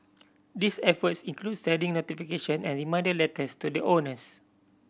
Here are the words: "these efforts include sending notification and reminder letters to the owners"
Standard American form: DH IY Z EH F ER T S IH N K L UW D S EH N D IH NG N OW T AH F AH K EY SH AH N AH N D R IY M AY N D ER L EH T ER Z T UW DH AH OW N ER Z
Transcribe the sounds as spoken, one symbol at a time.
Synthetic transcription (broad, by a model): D IY S EH F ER T S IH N K L UW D S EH D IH NG N OW T AH F AH K EY SH AH N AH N R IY M AY N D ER L EH T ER S T UW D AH OW N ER S